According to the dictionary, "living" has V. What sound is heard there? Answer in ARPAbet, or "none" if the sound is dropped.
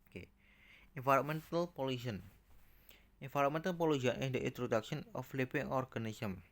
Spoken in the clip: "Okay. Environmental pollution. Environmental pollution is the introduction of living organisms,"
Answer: P